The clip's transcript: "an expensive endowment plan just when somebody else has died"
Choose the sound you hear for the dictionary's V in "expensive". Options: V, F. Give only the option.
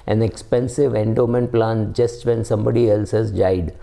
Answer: V